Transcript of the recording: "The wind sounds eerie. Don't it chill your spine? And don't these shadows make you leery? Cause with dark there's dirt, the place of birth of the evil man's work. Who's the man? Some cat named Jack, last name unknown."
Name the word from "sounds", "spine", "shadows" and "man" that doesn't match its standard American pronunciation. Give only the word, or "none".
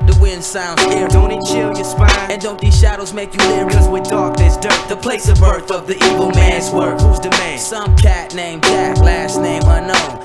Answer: spine